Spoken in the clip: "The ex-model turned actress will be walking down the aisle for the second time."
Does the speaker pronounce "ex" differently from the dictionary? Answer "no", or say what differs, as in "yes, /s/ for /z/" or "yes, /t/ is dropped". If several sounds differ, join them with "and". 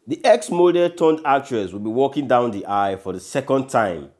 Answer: no